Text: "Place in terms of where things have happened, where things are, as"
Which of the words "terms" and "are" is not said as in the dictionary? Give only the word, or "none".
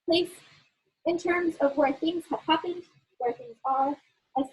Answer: none